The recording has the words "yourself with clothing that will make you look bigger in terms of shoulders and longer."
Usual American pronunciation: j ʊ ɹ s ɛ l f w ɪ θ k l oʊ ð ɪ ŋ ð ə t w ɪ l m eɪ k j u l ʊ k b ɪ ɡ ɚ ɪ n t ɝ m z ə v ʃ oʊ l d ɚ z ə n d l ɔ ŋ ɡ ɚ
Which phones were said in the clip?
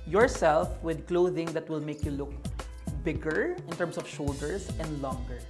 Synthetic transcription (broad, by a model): j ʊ ɹ s ɛ l f w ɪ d k l oʊ ð ɪ ŋ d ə t w ɪ l m eɪ k j u l ʊ k b ɪ ɡ ɚ ɪ n t ɝ m s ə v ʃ oʊ l d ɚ s ə n d l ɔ ŋ ɡ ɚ